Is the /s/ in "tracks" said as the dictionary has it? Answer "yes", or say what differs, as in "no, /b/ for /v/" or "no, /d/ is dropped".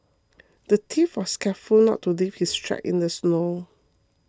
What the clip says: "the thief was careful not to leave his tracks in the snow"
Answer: no, /s/ is dropped